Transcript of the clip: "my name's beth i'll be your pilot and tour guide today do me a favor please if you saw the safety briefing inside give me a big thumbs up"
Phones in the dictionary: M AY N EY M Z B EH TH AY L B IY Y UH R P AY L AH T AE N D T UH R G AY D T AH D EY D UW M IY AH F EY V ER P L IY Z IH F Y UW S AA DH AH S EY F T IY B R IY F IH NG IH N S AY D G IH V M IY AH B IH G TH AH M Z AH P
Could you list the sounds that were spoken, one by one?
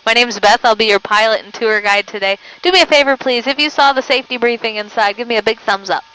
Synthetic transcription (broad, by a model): M AY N EY M Z B EH TH AY L B IY Y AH R P AY L AH T N T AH R G AY D T AH D EY D UW M IY AH F EY V ER P L IY Z IH F Y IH S AA DH AH S EY F T IY B R IY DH IH NG IH N S AY D G IH V M IY AH B IH G TH AH M Z AH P